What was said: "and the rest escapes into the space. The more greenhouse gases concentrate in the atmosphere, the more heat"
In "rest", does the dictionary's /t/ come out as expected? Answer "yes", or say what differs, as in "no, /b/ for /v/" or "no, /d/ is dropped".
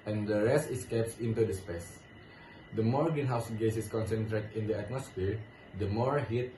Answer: yes